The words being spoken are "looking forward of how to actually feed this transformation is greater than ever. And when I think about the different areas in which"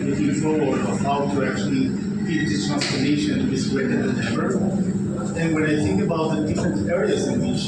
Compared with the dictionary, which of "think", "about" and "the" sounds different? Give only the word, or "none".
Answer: none